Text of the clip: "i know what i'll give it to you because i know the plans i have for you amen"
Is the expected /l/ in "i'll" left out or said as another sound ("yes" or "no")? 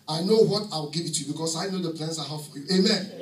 yes